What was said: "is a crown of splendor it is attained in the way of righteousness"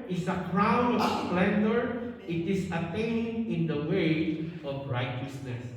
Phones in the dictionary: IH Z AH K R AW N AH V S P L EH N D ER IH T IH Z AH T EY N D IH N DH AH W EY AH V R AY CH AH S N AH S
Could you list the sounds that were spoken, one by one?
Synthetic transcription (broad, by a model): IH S AH K R AW N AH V S P L EH N D ER IH T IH S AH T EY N IH N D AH W EY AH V R AY CH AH S N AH S